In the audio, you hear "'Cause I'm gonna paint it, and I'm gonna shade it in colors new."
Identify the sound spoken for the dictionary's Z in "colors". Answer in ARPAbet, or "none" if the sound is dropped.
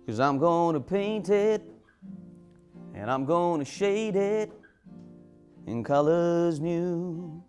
Z